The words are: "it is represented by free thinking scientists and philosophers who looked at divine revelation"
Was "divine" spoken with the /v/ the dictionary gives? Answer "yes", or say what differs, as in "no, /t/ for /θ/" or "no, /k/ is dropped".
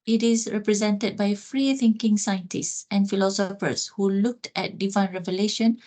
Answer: yes